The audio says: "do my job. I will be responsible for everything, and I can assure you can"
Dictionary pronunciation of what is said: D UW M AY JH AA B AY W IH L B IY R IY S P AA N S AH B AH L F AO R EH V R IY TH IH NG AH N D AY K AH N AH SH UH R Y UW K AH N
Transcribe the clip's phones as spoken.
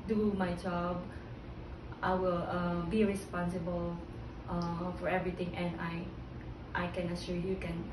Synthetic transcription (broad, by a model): D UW M AY JH AA B AY W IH L B IY R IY S P AA N S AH B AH L F AO R EH V R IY T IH NG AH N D AY K AH N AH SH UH Y UW K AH N